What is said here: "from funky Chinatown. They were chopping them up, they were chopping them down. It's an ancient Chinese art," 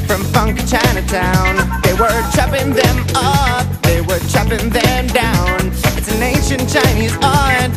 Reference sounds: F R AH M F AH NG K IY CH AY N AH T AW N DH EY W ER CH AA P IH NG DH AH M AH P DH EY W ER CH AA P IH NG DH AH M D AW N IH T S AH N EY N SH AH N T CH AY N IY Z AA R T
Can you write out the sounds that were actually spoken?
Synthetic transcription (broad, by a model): F R AH M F AH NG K CH AY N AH T AW N DH EY W ER CH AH P IH NG DH AH M AH P DH EY W ER CH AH P IH NG DH AH M D AW N IH T S AH N EY N SH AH N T CH AY N IY Z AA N